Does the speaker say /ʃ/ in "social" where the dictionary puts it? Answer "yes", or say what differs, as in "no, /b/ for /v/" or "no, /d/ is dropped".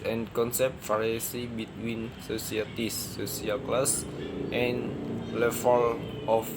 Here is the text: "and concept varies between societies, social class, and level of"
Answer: no, /s/ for /ʃ/